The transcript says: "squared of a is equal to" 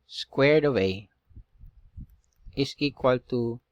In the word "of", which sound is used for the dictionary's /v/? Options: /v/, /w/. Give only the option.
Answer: /w/